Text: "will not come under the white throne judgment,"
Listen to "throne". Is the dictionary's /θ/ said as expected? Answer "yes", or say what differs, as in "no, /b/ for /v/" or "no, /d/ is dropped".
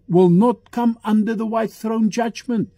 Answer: yes